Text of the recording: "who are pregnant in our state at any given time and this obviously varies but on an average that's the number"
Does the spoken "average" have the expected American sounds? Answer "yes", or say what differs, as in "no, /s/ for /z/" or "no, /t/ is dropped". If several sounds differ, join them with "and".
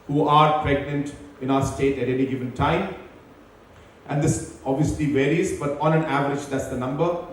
yes